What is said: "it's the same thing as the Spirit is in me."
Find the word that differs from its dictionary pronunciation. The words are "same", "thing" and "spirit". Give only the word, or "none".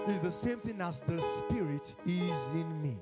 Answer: none